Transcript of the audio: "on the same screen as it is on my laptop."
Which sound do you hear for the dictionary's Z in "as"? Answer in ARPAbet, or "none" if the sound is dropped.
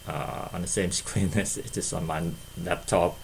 S